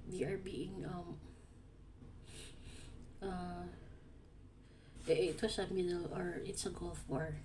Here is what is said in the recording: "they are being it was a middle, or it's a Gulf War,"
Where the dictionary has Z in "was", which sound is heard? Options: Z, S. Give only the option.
S